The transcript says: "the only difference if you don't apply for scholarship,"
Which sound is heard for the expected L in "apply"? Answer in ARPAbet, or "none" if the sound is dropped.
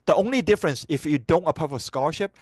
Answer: none